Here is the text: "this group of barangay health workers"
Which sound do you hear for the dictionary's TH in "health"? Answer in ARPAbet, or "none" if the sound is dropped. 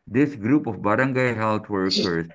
T